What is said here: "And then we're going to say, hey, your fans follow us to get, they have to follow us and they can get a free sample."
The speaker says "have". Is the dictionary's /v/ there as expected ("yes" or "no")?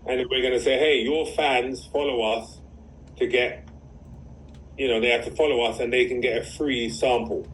no